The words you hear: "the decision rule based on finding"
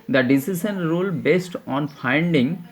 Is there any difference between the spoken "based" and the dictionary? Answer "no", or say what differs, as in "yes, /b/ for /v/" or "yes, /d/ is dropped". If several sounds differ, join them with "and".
no